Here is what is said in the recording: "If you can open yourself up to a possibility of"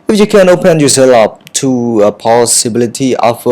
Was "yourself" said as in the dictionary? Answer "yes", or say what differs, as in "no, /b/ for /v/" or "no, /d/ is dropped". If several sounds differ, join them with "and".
no, /f/ is dropped